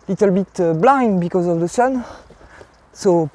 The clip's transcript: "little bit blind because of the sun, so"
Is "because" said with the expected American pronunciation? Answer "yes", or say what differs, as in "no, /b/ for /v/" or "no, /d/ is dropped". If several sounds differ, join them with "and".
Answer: yes